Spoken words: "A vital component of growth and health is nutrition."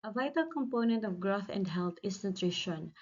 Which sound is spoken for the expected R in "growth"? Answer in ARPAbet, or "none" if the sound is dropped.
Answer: R